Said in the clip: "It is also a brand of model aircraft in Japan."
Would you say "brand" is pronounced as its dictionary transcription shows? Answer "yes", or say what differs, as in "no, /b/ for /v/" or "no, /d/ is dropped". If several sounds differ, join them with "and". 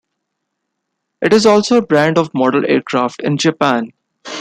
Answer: yes